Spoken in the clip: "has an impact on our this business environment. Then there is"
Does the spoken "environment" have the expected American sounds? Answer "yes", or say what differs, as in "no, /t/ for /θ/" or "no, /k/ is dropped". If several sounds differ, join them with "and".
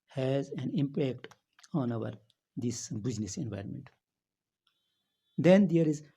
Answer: yes